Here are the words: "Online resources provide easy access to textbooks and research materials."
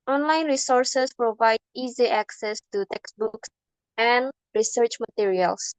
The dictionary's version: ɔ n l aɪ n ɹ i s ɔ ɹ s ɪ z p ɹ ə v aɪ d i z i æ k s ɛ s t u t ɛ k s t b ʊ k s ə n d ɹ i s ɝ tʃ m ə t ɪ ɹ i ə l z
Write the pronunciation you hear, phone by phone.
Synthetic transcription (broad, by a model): ɔ n l aɪ n ɹ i s ɔ ɹ s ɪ s p ɹ ə v aɪ d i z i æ k s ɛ s t u t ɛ k s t b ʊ k s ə n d ɹ i s ɝ tʃ m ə t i ɹ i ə l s